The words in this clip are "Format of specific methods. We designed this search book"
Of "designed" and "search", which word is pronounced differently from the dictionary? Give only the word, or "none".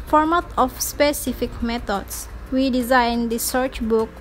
none